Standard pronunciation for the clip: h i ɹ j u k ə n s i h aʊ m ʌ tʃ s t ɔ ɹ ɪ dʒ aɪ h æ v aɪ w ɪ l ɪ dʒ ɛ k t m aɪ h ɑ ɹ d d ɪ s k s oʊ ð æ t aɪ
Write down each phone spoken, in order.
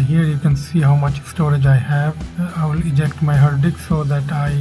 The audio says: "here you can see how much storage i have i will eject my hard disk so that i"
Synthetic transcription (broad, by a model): h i ɹ j u k ə n s i h aʊ m ʌ tʃ s t ɔ ɹ ɪ dʒ aɪ h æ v aɪ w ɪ l ɪ dʒ ɛ k t m aɪ h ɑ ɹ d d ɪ k s oʊ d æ t aɪ